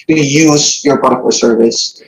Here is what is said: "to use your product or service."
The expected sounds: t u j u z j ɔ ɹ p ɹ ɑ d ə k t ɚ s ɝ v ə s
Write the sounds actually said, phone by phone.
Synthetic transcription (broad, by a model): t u j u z j ɔ ɹ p ɑ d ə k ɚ s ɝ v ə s